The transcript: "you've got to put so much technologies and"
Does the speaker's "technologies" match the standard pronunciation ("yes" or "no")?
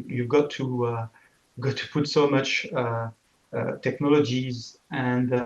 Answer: yes